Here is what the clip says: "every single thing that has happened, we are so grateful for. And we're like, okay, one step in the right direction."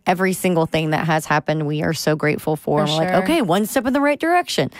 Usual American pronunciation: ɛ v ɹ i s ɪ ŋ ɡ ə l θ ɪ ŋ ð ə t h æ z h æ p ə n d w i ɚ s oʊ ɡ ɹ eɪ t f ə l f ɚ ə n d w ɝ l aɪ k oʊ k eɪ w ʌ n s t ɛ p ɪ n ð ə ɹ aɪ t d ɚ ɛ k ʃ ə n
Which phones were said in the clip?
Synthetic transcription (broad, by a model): ɛ v ɹ i s ɪ ŋ ɡ l θ ɪ ŋ ð ə t h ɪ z h æ p ə n d w i ɚ s oʊ ɡ ɹ eɪ t f l f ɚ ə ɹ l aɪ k oʊ k eɪ w ʌ n s t ɛ p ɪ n ð ə ɹ aɪ t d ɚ ɛ k ʃ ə n